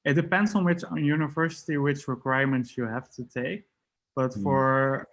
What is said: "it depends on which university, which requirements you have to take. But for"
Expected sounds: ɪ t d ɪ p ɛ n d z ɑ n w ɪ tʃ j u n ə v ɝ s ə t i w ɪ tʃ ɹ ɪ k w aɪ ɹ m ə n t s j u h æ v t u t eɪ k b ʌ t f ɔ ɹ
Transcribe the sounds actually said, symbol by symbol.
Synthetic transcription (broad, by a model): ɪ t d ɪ p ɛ n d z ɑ n w ɪ tʃ j u n ə v ɝ s ə t i w ɪ tʃ ɹ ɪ k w aɪ m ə n t s j u h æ f t u t eɪ k b ʌ t f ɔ ɹ